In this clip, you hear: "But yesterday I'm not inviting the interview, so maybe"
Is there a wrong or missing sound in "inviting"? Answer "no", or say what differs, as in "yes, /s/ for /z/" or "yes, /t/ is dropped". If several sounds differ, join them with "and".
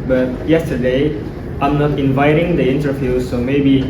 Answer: no